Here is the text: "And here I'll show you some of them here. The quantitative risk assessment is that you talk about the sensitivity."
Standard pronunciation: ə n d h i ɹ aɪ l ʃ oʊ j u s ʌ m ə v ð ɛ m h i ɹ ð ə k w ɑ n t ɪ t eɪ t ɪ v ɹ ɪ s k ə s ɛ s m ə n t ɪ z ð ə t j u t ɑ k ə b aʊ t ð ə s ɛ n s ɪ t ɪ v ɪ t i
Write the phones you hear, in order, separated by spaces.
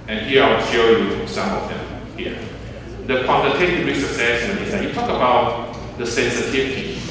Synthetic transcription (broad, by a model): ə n h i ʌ aɪ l ʃ oʊ j u s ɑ m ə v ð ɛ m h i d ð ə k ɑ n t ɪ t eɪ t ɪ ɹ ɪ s ə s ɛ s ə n ɪ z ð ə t j u t ɑ k ə b aʊ t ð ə s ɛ n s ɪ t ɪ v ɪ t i